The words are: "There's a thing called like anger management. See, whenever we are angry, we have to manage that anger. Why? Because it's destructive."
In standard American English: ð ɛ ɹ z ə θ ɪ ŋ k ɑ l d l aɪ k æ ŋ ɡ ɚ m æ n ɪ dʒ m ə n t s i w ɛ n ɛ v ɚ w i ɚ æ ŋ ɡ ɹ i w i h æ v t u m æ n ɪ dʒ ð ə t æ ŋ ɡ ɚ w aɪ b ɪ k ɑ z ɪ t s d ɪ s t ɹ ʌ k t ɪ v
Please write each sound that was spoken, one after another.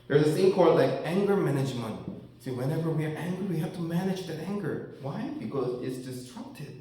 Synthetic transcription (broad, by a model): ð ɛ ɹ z ə s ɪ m k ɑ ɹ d l aɪ k æ ŋ ɡ ɚ m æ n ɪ dʒ m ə n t s i w ɛ n ɛ v ɚ w i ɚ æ ŋ ɡ ɹ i w i h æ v t u m æ n ɪ dʒ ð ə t æ ŋ ɡ ɚ w aɪ b ɪ k ɑ z ɪ t s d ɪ s t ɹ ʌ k t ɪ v